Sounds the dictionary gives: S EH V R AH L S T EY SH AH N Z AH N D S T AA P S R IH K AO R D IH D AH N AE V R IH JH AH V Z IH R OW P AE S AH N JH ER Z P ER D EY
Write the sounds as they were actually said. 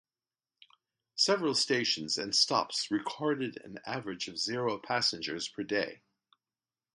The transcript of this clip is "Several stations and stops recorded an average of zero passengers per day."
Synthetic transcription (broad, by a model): S EH V R AH L S T EY SH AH N Z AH N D S T AA P S R IH K AO R D IH D AH N AE V R IH JH AH V Z IH R OW P AE S AH N JH ER Z P ER D EY